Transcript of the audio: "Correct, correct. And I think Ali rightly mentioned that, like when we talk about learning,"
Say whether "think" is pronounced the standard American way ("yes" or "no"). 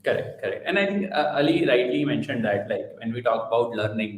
no